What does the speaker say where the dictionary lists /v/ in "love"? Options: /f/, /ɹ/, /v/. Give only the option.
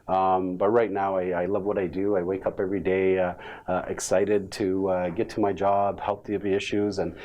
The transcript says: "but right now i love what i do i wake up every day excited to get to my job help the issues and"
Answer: /v/